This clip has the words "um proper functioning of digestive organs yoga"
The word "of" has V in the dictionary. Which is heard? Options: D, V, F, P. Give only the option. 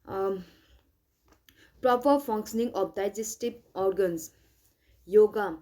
P